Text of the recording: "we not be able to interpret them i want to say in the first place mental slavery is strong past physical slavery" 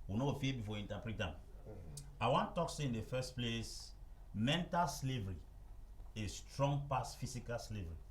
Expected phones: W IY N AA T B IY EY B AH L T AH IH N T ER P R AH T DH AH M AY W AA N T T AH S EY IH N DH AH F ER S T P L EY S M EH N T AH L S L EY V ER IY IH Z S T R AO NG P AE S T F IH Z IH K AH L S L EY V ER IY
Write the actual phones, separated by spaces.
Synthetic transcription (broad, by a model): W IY N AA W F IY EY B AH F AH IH N T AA P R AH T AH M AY W AA N T T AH S EY IH N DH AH F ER S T P L EY S M EH N T AH L S L EY V ER IY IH S T R AO NG P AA S F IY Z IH K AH L S L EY V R IY